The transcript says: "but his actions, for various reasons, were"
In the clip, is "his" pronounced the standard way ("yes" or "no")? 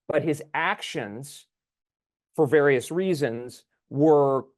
yes